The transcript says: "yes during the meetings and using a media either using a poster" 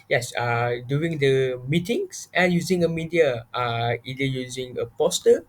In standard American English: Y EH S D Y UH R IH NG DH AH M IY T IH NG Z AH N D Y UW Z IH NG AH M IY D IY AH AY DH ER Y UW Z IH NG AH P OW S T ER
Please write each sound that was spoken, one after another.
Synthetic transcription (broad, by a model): Y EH S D Y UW IH NG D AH M IY T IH NG S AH N Y UW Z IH NG AH M IY D IY AH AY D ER Y UW Z IH NG AH P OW S T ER